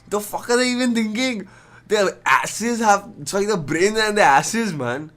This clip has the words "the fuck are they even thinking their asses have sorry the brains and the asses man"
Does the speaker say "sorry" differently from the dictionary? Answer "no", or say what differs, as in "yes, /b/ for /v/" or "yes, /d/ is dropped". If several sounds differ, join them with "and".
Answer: yes, /ɹ/ is dropped